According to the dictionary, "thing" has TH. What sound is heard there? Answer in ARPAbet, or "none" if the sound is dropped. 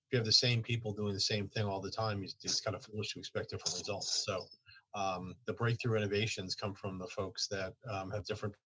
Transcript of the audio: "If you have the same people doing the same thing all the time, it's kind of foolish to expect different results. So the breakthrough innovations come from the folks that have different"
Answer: TH